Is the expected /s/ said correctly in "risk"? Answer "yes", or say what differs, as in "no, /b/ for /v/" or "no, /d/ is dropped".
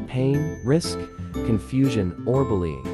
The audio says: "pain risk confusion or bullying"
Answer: yes